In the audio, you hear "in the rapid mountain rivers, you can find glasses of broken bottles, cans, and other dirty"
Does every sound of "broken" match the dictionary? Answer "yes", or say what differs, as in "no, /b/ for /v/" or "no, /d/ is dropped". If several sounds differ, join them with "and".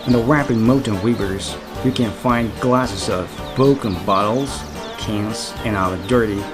no, /ɹ/ is dropped